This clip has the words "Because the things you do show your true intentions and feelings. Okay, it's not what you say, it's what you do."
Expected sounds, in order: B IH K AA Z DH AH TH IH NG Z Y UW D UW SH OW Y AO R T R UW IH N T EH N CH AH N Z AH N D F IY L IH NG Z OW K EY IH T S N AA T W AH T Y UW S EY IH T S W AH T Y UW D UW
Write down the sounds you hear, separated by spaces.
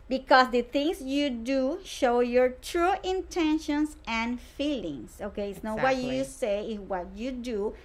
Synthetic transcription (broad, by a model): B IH K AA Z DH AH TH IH NG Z Y UW D UW SH OW Y AO R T R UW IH N T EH N SH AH N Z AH N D F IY L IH NG S OW K EY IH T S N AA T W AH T Y UW S EY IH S W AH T Y UW D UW